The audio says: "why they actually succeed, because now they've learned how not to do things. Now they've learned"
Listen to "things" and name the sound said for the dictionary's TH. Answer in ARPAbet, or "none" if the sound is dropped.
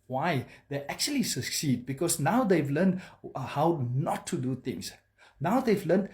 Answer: T